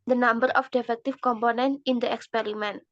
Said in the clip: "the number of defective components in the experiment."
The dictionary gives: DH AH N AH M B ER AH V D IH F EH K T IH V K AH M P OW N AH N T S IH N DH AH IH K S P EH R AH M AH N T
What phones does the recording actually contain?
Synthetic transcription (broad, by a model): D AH N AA M B ER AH F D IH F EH K T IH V K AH M P OW N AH N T IH N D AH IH K S P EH R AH M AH N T